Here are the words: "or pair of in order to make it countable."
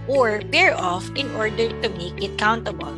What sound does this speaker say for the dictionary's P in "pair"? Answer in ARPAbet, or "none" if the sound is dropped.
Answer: B